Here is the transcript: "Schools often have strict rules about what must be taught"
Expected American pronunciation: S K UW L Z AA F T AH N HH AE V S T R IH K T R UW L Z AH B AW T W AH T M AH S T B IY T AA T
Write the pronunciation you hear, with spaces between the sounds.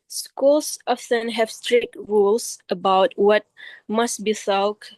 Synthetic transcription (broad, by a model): S K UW L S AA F S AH N HH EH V S T R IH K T R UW L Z AH B AW T W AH T M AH S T B IY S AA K